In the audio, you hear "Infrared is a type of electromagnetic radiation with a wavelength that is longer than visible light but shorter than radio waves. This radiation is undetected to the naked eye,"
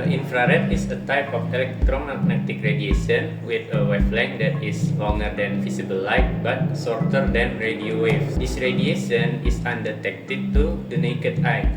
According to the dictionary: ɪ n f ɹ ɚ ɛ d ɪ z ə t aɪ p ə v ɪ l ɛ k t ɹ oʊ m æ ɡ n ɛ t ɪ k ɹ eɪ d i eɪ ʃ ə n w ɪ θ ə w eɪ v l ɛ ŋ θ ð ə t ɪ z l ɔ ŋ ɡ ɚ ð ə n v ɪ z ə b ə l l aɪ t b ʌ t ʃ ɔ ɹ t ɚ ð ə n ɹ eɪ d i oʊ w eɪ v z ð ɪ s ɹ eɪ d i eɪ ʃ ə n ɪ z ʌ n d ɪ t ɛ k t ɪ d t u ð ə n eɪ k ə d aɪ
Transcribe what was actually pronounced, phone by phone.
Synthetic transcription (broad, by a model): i n f ɹ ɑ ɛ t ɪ s ə t aɪ p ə f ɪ l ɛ k t ɹ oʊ m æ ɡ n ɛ t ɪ k ɹ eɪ d i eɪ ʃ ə n w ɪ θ ə w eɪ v l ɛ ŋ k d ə t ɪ s l ɔ ŋ ɡ ɚ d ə n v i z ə b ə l l aɪ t b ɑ t s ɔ ɹ t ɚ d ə n ɹ eɪ d i oʊ w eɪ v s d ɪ s ɹ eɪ d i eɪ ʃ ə n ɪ s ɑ n d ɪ t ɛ k t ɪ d t u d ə n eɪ k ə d aɪ